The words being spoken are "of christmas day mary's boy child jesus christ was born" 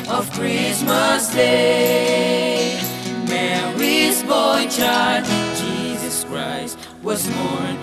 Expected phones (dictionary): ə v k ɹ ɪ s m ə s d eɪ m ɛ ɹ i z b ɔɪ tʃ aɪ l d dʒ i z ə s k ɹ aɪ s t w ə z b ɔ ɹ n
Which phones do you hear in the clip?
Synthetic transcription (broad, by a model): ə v k ɹ ɪ s m ə s d eɪ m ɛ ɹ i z b ɔɪ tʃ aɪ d dʒ i z ə s k ɹ aɪ s t w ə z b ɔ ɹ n